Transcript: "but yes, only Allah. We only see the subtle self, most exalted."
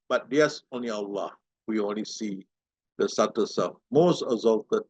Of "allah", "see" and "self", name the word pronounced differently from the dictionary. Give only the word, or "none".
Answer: self